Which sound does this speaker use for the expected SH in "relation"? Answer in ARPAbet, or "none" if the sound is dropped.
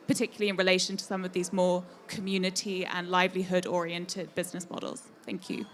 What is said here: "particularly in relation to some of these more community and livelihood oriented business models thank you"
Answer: SH